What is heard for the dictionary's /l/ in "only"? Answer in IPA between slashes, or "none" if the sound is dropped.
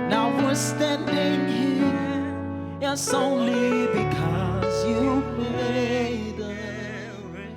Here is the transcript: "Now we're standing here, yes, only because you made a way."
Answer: /l/